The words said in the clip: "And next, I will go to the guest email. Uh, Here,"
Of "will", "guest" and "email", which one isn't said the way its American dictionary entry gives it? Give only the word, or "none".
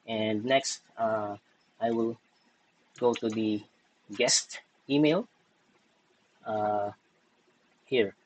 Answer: none